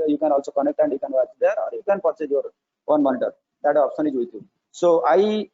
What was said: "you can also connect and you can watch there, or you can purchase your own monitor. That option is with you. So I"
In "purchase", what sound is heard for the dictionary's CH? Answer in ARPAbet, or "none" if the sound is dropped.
S